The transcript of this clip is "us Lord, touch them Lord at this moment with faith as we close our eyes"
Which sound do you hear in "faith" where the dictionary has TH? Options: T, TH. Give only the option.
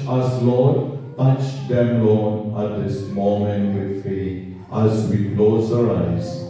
T